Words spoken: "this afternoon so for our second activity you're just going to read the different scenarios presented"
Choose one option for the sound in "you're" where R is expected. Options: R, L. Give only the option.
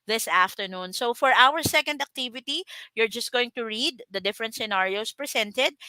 R